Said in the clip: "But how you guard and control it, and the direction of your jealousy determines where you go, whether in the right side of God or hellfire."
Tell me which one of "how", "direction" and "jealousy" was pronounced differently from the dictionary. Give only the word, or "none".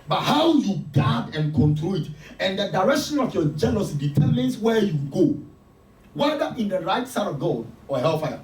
jealousy